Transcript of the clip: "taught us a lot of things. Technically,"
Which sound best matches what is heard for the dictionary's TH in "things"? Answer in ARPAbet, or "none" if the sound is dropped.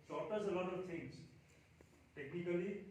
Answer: T